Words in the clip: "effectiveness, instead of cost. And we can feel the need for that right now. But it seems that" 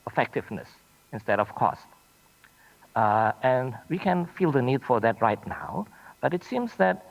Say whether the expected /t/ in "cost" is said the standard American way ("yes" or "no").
yes